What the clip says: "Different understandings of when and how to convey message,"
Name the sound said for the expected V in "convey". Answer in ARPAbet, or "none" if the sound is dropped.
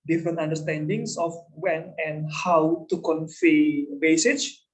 F